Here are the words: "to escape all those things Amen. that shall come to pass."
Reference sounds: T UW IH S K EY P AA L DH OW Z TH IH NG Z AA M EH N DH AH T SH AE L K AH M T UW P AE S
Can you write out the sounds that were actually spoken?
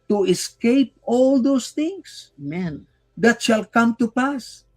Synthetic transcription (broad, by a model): T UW IH S K EY P AA L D OW S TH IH NG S M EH N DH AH T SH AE L K AH M T UW P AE S